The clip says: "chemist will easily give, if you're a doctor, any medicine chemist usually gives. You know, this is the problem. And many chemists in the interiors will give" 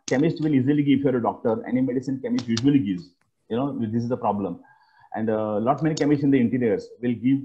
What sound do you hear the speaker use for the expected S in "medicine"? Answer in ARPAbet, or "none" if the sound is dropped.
S